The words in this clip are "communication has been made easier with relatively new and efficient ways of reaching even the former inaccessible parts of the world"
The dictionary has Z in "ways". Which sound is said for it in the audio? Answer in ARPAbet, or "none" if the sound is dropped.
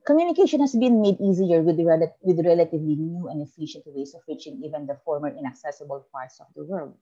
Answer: S